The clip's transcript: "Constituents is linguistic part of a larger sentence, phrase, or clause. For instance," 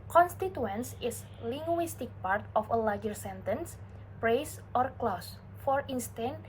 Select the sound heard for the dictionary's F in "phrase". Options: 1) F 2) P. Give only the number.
2